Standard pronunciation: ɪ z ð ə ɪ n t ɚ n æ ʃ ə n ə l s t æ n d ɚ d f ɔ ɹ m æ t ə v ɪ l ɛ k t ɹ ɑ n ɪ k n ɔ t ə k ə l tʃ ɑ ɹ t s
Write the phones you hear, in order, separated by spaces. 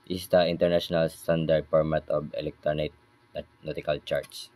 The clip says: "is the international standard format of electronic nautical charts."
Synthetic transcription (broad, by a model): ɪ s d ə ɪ n t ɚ n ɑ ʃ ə n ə l s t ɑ n d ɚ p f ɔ ɹ m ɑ t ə b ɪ l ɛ k t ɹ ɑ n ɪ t n ɔ t ə k ə l tʃ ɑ ɹ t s